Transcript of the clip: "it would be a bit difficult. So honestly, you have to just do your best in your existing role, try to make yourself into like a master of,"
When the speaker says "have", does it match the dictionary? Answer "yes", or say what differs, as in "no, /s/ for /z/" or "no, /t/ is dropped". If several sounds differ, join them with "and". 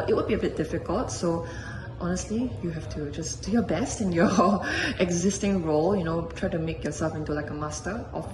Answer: no, /f/ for /v/